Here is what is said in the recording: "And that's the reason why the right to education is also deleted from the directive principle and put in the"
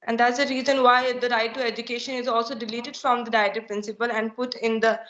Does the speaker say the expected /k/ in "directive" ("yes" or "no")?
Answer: no